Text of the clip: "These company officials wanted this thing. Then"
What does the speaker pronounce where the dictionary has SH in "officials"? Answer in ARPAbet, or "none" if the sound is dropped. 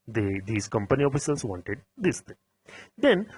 S